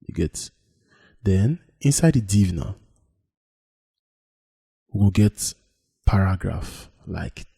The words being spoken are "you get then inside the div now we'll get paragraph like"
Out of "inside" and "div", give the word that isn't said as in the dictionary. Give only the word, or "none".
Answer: none